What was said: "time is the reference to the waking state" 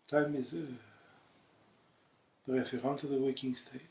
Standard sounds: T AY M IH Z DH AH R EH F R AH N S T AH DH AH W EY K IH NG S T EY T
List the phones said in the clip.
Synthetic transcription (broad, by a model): T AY M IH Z DH AH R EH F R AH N T AH DH AH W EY K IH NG S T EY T